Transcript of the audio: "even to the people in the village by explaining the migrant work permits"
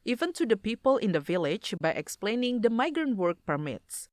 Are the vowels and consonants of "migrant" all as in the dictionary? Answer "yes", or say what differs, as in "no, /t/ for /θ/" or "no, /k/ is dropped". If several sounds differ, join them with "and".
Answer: yes